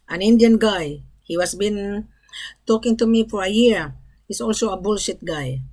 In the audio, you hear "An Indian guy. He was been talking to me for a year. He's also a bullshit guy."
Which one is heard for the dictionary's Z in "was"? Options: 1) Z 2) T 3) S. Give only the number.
3